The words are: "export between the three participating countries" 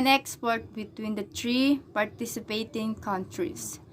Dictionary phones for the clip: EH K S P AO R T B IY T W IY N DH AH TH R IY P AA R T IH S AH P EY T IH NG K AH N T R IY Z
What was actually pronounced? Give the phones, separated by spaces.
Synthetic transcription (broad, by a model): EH K S P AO R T B IY T W IY N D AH T R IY P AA R T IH S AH P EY T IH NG K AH N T R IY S